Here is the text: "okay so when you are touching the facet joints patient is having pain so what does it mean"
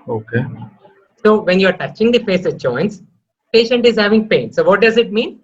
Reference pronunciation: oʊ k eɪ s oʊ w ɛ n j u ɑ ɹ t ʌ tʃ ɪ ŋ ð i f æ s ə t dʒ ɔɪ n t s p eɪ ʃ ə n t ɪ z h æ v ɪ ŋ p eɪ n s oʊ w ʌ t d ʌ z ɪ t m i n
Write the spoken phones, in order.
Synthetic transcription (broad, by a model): oʊ k eɪ s oʊ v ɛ n j u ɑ ɹ t ʌ tʃ ɪ ŋ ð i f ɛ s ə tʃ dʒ ɔɪ n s p eɪ ʃ ə n t ɪ z h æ v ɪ ŋ p eɪ n s oʊ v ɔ t d ʌ z ɪ t m i n